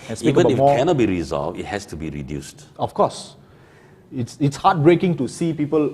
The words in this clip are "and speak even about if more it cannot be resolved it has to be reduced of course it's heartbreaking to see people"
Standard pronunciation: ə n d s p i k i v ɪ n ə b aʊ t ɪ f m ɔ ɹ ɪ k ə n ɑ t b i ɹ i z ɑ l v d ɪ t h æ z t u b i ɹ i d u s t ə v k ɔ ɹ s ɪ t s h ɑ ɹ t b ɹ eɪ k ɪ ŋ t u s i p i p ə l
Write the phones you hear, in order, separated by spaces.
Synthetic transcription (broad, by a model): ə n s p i i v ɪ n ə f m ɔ k ə n ɑ t b i ɹ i z ɑ l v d ɪ t h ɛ s t u b i ɹ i d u s t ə f k ɔ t s ɪ t s h ɑ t b ɹ eɪ k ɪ ŋ t u s i p i p ə l